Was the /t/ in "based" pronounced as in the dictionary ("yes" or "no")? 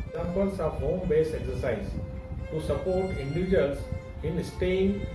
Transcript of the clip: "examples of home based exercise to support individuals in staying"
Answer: no